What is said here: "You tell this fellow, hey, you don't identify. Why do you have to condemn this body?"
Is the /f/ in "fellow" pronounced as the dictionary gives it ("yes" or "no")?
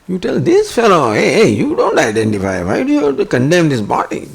yes